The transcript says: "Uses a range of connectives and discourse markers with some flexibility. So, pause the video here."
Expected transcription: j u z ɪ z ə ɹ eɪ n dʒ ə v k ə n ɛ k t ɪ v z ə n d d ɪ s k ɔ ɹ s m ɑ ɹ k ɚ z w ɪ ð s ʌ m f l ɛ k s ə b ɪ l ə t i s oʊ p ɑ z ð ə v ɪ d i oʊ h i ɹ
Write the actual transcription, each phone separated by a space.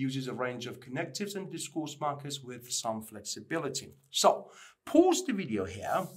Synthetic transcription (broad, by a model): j u z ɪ z ə ɹ eɪ n dʒ ə v k ə n ɛ k t ɪ v z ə n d d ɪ s k ɔ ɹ s m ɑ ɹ k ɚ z w ɪ ð s ʌ m f l ɛ k s ə b ɪ l ə t i s oʊ p ɑ z ð ə v ɪ d i oʊ h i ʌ